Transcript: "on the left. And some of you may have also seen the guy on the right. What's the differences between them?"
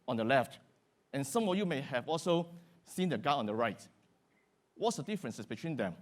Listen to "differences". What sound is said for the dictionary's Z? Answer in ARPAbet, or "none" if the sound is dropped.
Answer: S